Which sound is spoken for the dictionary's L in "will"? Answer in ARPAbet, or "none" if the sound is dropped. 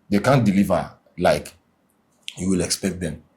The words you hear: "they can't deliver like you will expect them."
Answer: L